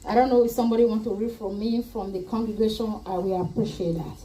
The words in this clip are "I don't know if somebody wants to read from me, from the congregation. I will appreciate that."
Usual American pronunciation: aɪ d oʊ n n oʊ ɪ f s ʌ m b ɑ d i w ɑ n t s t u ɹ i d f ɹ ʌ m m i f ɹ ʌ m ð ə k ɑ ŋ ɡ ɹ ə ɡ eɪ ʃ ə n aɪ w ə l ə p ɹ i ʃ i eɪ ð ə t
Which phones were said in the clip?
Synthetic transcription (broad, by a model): aɪ d oʊ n n oʊ ɪ f s ʌ m b ɑ d i w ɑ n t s t u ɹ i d f ɹ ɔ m m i f ɹ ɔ m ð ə k ɑ ŋ ɡ ɹ ə ɡ eɪ ʃ ə n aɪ w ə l ə p ɹ i ʃ i eɪ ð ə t